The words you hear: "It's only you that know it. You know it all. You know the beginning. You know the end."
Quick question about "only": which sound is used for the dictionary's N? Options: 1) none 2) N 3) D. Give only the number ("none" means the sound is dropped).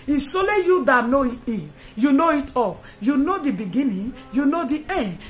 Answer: 1